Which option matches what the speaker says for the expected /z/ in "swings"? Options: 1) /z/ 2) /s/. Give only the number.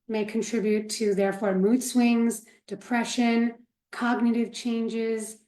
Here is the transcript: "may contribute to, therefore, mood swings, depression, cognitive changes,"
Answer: 1